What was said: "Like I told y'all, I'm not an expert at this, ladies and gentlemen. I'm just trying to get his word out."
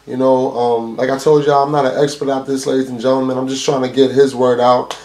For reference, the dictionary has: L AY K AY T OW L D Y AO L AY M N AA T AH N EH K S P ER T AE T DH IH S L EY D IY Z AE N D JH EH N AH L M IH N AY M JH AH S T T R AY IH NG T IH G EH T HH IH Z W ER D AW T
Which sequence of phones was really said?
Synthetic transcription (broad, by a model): L AY K AY T OW L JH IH AY M N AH T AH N EH K S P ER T AE T DH IH S L EY D IY Z N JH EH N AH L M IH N AY M JH AH S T T R AY IH NG T IH G EH T HH IH Z W ER D AW T